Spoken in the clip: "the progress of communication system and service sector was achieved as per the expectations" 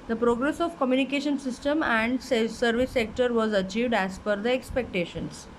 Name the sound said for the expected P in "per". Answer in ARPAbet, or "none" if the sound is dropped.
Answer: F